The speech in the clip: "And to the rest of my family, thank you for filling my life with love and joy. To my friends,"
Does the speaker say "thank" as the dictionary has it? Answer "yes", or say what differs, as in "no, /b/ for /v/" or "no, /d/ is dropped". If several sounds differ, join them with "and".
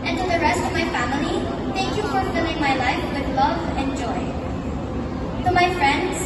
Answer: no, /t/ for /θ/